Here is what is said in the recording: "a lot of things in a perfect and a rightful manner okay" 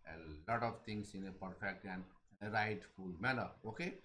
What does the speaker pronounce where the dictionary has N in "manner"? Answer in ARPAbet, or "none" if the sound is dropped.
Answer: L